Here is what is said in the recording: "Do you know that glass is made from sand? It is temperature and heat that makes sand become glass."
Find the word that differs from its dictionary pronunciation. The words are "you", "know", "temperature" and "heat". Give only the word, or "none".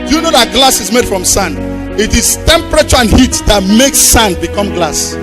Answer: none